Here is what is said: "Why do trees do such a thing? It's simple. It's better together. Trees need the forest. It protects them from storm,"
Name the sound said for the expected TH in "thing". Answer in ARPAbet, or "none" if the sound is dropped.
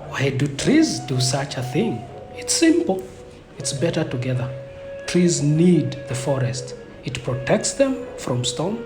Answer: TH